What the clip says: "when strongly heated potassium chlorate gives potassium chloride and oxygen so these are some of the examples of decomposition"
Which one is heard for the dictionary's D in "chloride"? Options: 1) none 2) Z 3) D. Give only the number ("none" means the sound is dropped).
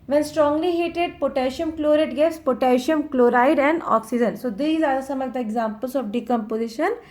3